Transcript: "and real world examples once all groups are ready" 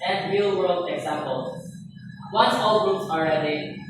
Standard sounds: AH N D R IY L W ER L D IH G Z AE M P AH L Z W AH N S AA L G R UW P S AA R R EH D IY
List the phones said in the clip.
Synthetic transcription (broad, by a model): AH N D R IY L W ER L D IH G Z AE M P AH L W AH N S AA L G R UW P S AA L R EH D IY